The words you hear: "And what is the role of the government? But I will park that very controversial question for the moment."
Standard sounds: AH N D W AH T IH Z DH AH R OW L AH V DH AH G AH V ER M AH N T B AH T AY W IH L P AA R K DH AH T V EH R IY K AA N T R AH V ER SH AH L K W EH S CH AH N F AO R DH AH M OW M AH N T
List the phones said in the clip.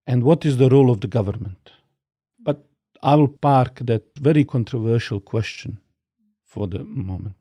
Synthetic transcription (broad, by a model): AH N D W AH T IH Z DH AH R OW L AH V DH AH G AH V ER M AH N T B AH T AY W IH L P AA R K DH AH T V EH R IY K AA N T R AH V ER SH AH L K W EH S CH AH N F AO R DH AH M OW M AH N T